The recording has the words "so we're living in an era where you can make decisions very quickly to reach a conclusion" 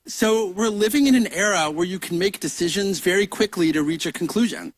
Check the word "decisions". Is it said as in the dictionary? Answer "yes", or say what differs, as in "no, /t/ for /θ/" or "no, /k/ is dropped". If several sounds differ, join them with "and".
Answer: yes